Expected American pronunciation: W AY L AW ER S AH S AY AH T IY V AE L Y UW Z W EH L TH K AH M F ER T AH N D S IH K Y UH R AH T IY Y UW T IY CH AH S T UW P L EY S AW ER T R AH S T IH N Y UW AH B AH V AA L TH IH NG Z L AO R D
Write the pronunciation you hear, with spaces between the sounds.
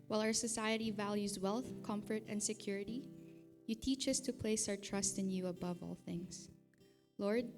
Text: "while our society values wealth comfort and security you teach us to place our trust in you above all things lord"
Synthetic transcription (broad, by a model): W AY L AW ER S AH S AY AH T IY V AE L Y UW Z W EH L TH K AH M F ER T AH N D S IH K Y UH R AH T IY Y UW T IY CH AH S T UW P L EY S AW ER T R AH S T IH N Y UW AH B AH V AA L TH IH NG S L AO R D